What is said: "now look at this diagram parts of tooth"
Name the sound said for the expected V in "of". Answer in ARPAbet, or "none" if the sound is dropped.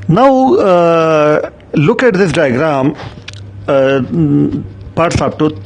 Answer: P